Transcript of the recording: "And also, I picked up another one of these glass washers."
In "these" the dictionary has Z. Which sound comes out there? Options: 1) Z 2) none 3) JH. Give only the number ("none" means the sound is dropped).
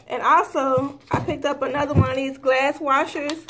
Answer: 1